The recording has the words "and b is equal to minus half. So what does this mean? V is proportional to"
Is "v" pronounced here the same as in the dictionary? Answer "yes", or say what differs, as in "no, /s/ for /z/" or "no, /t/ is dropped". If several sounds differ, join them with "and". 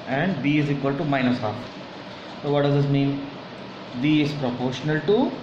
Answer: no, /b/ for /v/